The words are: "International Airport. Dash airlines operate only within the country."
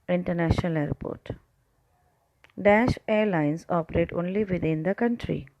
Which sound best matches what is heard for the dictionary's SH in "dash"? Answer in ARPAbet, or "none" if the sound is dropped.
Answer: SH